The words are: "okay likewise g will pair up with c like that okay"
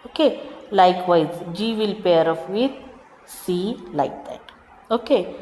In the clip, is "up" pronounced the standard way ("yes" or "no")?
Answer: no